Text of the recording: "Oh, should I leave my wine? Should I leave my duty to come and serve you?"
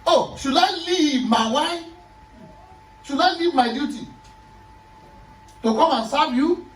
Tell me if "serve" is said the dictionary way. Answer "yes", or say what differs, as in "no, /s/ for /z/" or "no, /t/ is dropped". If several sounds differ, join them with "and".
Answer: no, /b/ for /v/